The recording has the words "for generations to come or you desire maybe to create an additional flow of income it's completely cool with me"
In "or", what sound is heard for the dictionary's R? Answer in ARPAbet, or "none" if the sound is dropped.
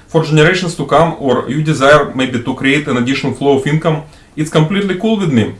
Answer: R